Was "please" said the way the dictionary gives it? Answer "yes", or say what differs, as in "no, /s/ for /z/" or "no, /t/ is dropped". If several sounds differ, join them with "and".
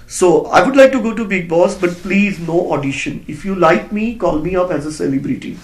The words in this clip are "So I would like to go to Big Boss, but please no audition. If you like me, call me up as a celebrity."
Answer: yes